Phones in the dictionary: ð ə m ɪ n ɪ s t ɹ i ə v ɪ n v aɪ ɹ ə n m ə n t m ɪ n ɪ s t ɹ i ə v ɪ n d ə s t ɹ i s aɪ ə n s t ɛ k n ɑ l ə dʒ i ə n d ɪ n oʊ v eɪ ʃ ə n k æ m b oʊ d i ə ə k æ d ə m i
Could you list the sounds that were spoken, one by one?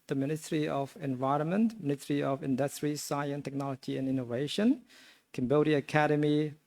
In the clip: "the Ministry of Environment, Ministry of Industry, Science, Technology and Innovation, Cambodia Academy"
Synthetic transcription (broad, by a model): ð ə m ɪ n ɪ s t ɹ i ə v ɪ n v aɪ ɹ ə n m ə n t m ɪ n ɪ s t ɹ i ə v ɪ n d ə s t ɹ i s aɪ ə n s t ɛ k n ɑ l ə dʒ i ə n ɪ n oʊ v eɪ ʃ ə n k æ m b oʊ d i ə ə k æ d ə m i